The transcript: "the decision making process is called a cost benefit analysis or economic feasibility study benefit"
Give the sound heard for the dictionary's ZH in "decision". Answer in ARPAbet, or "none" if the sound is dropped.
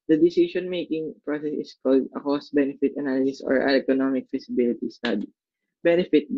S